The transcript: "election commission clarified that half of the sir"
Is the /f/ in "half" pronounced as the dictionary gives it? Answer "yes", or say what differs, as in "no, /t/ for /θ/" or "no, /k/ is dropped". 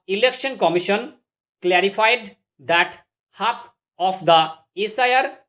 no, /p/ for /f/